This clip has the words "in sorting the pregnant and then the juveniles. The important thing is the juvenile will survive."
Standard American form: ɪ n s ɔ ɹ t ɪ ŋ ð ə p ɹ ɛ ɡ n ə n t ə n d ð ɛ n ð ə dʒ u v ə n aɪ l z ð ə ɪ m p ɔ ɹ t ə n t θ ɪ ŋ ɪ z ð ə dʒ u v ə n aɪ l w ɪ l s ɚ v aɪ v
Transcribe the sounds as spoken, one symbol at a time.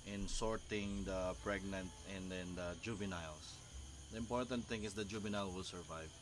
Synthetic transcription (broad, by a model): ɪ n s ɔ ɹ t ɪ ŋ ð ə p ɹ ɛ ɡ n ə n t ə n d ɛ n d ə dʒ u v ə n aɪ l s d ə ɪ m p ɔ ɹ t ə n t θ ɪ ŋ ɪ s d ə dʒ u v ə n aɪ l w ɪ l s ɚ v aɪ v